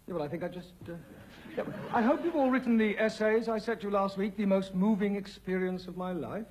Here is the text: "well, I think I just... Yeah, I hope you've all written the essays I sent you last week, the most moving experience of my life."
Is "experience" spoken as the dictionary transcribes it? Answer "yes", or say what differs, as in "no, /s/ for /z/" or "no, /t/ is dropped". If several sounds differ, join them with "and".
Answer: yes